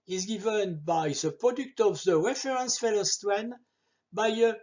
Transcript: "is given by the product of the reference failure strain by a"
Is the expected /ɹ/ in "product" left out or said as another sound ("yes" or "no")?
no